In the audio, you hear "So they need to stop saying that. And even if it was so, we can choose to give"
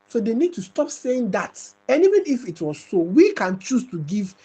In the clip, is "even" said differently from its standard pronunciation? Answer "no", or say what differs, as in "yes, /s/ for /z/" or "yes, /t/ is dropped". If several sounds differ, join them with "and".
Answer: yes, /w/ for /v/